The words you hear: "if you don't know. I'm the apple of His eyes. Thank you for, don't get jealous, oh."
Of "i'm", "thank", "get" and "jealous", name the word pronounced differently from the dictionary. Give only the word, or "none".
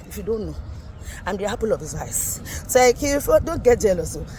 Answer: thank